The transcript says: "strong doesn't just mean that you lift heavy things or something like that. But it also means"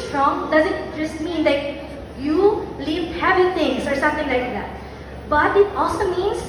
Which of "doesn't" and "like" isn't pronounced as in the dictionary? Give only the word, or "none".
none